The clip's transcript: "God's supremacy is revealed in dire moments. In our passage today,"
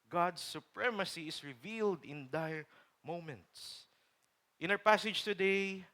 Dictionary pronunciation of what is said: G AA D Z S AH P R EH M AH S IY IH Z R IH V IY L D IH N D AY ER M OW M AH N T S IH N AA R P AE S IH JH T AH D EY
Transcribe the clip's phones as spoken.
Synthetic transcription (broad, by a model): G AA D S AH P R EH M AH S IY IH S R IH V IY L D IH N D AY M OW M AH N T S IH N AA W P AE S IH JH T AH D EY